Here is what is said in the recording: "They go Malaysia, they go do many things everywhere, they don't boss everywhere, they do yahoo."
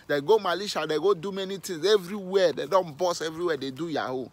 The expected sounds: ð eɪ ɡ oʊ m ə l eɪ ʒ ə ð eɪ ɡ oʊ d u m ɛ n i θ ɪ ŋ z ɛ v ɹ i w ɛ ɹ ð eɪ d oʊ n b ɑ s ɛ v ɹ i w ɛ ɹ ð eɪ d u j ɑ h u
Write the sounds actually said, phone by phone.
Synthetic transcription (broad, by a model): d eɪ ɡ oʊ m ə l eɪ ʃ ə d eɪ ɡ oʊ d u m ɛ n i t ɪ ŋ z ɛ v ɹ i w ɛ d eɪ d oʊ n b ɑ s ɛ v ɹ i w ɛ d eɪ d u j ɑ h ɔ